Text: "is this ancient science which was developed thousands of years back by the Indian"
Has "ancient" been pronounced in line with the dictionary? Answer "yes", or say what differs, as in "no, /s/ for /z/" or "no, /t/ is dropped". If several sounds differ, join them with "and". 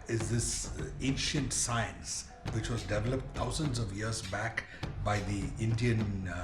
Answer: yes